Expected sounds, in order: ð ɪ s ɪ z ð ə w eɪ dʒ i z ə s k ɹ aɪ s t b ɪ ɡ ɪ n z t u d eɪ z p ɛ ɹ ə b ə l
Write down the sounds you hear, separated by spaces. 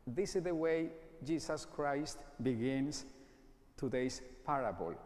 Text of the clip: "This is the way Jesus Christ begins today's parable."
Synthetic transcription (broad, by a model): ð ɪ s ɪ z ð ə w eɪ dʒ i s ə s k ɹ aɪ s t b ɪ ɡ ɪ n s t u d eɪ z p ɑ ɹ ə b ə l